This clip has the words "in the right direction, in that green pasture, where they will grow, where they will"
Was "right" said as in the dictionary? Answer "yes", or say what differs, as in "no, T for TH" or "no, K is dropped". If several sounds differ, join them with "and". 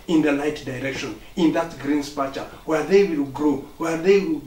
no, L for R